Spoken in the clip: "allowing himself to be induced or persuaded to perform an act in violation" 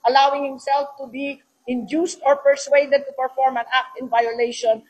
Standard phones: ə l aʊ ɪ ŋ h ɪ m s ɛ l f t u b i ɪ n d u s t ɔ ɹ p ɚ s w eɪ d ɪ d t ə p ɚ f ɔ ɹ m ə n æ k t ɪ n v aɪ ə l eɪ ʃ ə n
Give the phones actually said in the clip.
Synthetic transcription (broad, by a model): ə l aʊ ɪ ŋ h ɪ m s ɛ l f t u b i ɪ n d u s t ɔ ɹ p ɚ s w eɪ d ɪ d t ə p ɚ f ɔ ɹ m ə n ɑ k t ɪ n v aɪ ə l eɪ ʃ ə n